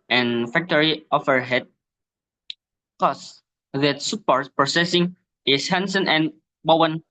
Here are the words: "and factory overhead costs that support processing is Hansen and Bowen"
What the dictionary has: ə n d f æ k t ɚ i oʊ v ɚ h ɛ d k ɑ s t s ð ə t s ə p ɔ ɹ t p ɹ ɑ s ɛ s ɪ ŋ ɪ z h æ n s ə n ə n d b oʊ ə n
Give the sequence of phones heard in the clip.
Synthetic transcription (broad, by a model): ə n f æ k t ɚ i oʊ f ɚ h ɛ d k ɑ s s ð ə t s ə p ɔ ɹ t p ɹ ɑ s ɛ s ɪ ŋ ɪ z h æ n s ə n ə n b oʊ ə n